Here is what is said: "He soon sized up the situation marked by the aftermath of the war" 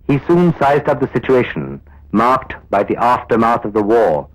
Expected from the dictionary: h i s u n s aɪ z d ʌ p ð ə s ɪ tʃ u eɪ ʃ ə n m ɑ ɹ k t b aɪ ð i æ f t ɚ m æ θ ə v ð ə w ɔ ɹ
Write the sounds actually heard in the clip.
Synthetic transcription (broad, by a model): h i s u n s aɪ z d ʌ p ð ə s ɪ tʃ u eɪ ʃ ə n m ɑ ɹ k t b aɪ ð i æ f t ɚ m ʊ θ ə v ð ə w ɔ ɹ